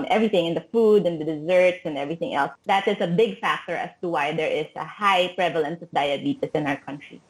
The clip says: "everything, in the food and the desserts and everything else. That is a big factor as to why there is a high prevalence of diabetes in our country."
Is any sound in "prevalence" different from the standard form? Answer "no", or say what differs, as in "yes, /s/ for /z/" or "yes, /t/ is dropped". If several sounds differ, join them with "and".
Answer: no